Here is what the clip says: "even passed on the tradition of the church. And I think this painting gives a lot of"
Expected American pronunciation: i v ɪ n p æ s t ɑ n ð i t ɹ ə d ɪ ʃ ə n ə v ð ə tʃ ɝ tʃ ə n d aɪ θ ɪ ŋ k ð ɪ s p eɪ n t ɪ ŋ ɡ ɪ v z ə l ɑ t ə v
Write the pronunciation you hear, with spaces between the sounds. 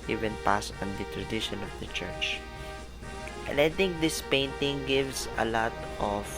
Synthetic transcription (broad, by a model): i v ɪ n p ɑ s ɑ n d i t ɹ ə d ɪ ʃ ə n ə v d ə tʃ ɝ tʃ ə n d aɪ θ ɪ ŋ k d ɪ s p eɪ n t ɪ ŋ ɡ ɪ v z ə l ɑ t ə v